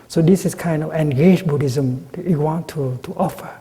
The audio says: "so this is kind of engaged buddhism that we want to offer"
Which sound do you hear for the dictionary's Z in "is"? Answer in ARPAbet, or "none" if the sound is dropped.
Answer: S